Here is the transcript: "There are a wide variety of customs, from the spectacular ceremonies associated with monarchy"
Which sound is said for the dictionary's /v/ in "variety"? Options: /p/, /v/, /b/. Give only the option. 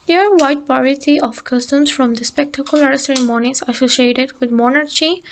/p/